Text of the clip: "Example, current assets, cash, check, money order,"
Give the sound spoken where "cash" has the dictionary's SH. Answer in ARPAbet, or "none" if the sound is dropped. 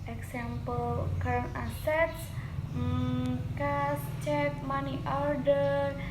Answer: S